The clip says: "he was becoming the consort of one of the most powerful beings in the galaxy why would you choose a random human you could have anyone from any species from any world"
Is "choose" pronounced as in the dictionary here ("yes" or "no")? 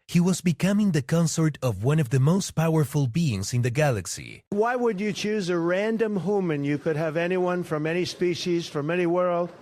yes